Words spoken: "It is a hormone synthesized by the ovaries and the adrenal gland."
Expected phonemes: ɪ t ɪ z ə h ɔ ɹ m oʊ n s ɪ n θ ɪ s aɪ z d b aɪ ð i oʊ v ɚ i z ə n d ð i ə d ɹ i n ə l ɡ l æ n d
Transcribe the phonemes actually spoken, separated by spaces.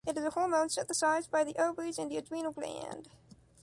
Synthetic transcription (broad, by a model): ɪ t ɪ z ə h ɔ l m oʊ n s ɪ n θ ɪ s aɪ z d b aɪ ð i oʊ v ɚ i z ə n d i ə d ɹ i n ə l ɡ l æ n d